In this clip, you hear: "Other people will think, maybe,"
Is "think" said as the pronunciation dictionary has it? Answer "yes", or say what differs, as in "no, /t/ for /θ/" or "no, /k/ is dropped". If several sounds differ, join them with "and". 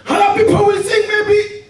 no, /s/ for /θ/